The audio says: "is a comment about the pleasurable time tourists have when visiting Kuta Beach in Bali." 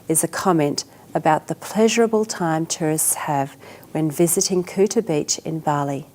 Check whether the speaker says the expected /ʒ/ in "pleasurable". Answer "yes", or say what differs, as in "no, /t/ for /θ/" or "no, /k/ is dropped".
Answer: yes